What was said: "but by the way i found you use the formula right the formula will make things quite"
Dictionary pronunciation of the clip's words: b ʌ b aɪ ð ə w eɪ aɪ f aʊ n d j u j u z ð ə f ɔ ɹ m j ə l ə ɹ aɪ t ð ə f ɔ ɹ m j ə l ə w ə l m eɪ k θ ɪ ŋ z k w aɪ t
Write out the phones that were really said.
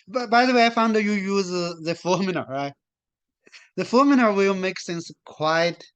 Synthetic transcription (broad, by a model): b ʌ b aɪ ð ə w eɪ aɪ f aʊ n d j u j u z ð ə f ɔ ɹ m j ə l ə ɹ aɪ t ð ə f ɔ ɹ m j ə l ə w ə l m eɪ k s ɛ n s k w aɪ t